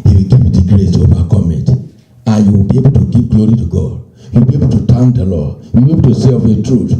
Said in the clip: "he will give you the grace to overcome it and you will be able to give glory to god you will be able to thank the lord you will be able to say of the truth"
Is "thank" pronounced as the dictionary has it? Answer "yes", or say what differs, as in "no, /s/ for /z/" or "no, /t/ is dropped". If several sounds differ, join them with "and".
no, /t/ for /θ/